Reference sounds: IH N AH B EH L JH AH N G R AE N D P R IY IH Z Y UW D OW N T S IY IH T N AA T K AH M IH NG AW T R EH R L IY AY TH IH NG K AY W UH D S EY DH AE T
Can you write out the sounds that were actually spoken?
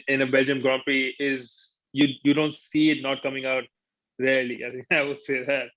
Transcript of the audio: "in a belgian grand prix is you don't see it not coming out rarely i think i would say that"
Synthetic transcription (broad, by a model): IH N AH B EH L JH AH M G R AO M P IY IH Z Y UW D OW N T S IY IH T N AA T K AH M IH NG AW T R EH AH L IY AY T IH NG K AY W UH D S EY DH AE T